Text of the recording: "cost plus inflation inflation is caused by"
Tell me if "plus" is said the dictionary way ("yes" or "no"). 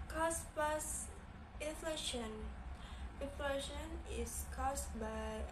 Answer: no